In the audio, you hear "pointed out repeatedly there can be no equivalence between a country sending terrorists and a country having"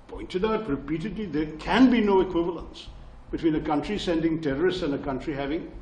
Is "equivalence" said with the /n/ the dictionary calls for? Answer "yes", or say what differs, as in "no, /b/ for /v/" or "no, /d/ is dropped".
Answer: yes